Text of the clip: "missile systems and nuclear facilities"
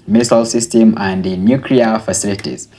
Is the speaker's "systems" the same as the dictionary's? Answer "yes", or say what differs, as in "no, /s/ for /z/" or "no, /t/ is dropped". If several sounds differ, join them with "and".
no, /z/ is dropped